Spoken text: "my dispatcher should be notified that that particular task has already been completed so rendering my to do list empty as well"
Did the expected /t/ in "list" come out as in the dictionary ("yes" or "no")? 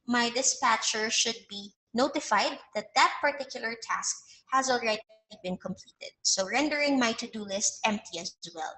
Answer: yes